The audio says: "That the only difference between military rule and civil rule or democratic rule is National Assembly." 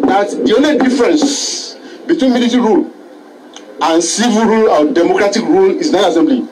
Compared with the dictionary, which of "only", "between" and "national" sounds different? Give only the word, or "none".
national